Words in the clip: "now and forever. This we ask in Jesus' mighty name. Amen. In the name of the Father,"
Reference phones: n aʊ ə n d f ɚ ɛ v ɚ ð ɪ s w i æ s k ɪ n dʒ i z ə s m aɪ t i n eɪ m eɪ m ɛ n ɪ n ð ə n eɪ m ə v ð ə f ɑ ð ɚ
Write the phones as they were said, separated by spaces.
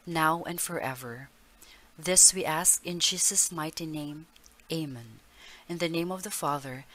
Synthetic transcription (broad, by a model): n aʊ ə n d f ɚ ɛ v ɚ ð ɪ s w i æ s k ɪ n dʒ i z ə s m aɪ t i n eɪ m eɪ m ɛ n ɪ n ð ə n eɪ m ə v ð ə f ɑ ð ɚ